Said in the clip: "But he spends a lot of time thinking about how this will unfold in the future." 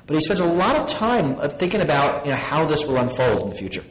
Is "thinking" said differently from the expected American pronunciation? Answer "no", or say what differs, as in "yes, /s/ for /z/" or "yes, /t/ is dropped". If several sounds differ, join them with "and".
no